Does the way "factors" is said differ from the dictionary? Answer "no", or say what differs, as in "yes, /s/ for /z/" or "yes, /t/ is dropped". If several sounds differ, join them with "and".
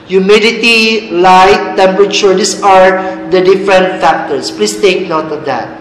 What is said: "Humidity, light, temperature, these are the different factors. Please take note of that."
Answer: yes, /s/ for /z/